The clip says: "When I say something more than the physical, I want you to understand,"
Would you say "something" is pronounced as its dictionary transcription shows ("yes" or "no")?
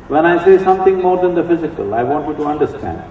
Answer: no